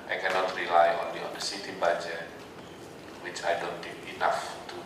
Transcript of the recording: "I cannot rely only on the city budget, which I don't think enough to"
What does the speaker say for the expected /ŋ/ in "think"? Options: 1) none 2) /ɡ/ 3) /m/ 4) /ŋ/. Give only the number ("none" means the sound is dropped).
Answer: 1